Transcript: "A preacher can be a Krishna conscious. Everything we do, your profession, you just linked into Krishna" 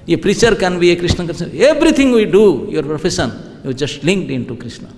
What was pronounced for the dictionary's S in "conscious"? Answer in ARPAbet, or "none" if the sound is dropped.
none